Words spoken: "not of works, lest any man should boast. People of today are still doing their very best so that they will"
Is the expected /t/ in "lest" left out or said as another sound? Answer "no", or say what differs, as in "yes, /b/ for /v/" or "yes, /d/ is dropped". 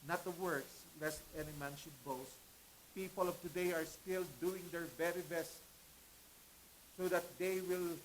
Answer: no